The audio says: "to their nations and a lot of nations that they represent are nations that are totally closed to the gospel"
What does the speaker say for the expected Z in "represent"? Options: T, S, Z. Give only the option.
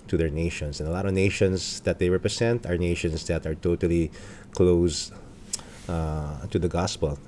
S